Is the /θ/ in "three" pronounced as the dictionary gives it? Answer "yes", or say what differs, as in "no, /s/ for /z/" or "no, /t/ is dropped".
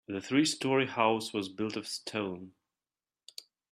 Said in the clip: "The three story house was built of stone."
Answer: yes